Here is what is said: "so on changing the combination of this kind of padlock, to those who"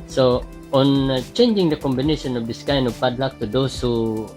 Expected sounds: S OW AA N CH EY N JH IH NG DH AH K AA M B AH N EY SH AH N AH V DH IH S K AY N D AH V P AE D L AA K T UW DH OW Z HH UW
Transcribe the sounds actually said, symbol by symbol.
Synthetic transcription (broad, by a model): S OW AA N CH EY N JH IH NG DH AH K AA M B AH N EY SH AH N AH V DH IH S K AY N AH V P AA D L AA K T UW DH OW S HH UW